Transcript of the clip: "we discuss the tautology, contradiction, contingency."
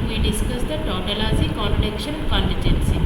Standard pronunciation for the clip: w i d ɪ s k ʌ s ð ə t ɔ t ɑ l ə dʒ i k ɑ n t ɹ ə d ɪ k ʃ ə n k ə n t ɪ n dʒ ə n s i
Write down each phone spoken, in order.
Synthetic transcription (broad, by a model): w i d ɪ s k ʌ s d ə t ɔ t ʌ l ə z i k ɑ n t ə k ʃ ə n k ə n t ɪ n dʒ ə n s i